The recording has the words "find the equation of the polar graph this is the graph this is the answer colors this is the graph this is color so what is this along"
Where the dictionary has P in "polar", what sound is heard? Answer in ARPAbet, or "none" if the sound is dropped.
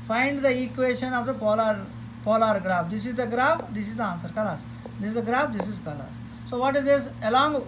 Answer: P